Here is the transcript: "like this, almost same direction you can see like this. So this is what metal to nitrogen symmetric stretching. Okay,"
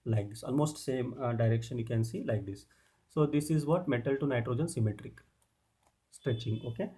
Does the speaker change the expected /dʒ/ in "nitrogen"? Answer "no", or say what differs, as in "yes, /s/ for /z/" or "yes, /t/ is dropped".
no